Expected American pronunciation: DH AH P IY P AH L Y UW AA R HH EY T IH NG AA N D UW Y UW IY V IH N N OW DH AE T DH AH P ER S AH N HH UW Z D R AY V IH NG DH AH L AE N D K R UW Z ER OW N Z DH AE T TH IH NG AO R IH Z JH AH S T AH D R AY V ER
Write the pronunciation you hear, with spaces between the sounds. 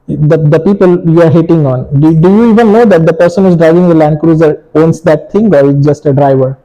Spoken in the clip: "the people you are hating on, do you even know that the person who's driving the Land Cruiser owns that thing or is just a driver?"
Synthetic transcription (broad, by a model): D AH P IY P AH L Y UW AA R HH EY T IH NG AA N D UW Y UW IY V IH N N OW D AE T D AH P ER S AH N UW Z D R AY V IH NG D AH L AE N D K R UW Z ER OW N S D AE T T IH NG AO R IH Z JH AH S T AH D R AY V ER